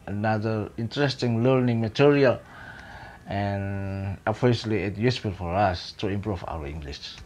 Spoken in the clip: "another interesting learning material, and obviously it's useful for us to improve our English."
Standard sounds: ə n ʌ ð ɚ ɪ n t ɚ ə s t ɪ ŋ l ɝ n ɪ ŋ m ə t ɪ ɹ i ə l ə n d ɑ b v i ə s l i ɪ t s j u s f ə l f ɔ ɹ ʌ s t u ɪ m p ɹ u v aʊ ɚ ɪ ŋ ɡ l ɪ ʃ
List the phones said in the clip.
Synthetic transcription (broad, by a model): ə n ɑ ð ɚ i n t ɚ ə s t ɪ ŋ l ɝ n ɪ ŋ m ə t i ɹ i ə l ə n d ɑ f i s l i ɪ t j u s p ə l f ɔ ɹ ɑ s t u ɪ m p ɹ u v aʊ ɚ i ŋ ɡ l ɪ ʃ